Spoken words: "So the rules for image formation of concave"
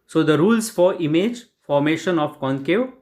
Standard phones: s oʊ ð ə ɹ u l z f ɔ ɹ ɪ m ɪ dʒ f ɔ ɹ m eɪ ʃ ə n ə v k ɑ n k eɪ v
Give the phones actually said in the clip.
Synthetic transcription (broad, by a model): s oʊ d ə ɹ u l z f ɔ ɹ ɪ m ɪ dʒ f ɔ ɹ m eɪ ʃ ə n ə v k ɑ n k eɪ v